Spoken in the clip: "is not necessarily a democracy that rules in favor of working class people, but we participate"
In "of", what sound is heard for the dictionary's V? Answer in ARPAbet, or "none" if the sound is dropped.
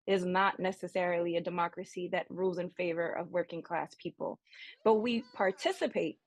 V